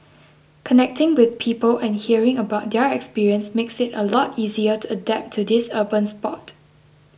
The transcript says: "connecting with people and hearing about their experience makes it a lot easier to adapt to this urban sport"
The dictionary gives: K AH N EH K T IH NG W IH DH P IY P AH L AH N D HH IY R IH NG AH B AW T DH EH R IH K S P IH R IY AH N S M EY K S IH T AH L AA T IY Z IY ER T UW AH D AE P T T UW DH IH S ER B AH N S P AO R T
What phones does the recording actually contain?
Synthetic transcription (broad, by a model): K AH N EH K T IH NG W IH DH P IY P AH L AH N HH IY R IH NG AH B AW T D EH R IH K S P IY R IY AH N S M EY K S IH T AH L AA T IY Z IY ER T UW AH D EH P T T UW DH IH S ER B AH N S P AO T